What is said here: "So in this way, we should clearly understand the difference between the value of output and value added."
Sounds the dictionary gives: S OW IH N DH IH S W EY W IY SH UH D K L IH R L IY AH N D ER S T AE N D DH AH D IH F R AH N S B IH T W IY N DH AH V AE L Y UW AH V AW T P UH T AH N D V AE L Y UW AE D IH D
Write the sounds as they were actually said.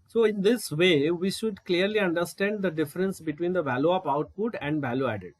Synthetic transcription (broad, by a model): S OW IH N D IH S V EY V IY SH UH D K L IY R L IY AH N D ER S T AE N D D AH D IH F R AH N S B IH T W IY N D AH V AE L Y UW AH P AW T P UH T AH N D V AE L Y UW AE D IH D